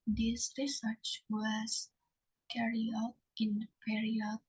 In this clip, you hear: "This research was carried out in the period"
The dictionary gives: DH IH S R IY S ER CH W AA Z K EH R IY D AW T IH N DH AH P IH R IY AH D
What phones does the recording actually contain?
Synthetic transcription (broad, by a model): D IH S R IY S ER CH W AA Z K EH R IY AW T IH N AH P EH R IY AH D